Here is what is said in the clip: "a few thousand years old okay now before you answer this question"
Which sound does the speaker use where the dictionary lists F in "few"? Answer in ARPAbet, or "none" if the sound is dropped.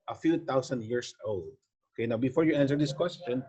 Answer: F